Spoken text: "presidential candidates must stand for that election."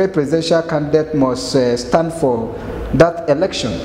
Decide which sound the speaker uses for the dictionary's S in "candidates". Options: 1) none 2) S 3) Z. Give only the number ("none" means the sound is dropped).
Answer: 1